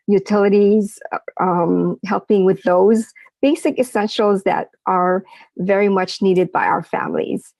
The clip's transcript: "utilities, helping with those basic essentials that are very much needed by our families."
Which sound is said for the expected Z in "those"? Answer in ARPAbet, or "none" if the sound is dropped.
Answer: Z